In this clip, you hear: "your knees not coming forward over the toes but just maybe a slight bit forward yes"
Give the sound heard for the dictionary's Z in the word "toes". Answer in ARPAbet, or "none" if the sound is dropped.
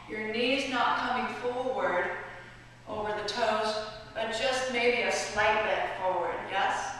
Z